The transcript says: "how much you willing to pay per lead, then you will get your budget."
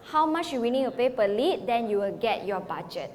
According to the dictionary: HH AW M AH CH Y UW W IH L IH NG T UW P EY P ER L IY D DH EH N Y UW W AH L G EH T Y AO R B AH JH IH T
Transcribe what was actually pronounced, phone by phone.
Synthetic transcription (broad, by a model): HH AW M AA CH Y UW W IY N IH T UW P EY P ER L IY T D EH N Y UW W AH L G EH T Y AO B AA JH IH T